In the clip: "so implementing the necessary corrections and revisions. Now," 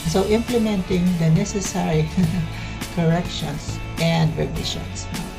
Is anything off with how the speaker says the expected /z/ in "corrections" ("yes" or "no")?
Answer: yes